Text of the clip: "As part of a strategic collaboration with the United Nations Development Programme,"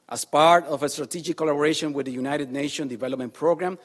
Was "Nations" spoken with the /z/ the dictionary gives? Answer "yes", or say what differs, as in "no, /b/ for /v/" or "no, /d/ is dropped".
no, /z/ is dropped